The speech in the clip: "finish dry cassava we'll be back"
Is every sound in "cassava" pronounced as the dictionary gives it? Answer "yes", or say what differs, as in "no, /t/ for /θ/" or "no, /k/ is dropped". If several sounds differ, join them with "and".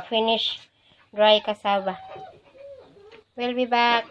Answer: no, /b/ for /v/